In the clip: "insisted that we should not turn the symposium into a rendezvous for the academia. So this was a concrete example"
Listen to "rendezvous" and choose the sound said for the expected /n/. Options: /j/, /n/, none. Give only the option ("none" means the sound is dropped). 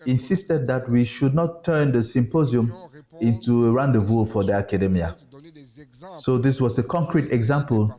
/n/